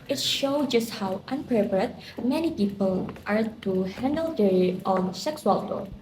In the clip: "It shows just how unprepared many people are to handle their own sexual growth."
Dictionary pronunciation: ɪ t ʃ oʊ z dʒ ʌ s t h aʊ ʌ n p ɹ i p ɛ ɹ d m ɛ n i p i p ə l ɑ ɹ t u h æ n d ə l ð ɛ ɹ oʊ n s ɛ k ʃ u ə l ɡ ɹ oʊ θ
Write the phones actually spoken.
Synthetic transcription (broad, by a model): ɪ t ʃ oʊ dʒ ʌ s t h aʊ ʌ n p ɹ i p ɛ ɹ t m ɛ n i p i p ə l ɑ ɹ t u h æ n d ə l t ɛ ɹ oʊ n s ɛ k s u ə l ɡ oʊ